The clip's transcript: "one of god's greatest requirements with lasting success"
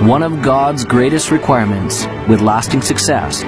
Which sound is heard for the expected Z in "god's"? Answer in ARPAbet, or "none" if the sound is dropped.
Z